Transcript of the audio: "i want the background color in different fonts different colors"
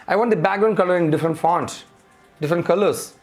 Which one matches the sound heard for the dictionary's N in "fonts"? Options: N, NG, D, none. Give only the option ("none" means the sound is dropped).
N